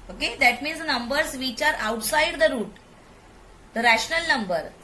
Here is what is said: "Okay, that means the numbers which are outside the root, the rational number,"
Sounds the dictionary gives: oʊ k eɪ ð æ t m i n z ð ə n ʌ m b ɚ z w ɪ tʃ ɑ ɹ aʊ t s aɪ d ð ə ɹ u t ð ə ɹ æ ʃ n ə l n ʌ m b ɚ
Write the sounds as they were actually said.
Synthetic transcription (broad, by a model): oʊ k eɪ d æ t m i n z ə n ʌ m b ɚ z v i tʃ ɑ ɹ aʊ t s aɪ d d ə ɹ u t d ə ɹ æ ʃ n ə l n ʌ m b ɚ